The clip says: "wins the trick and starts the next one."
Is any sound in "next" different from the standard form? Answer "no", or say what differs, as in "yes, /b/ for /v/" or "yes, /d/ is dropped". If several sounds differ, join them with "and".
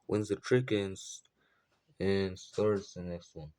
no